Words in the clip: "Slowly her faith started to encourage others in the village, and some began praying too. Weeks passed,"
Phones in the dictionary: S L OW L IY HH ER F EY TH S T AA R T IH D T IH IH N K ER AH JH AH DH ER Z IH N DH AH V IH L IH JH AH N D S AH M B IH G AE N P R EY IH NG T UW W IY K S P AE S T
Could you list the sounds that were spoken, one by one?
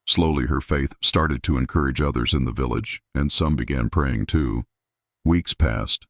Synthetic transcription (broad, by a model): S L OW L IY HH ER F EY TH S T AA R T IH D T IH IH N K ER AH JH AH DH ER Z IH N DH AH V IH L IH JH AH N S AH M B IH G AE N P R EY IH NG T UW W IY K S P AE S T